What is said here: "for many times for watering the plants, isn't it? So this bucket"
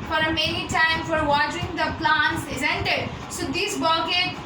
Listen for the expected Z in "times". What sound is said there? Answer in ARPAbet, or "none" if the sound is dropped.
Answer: none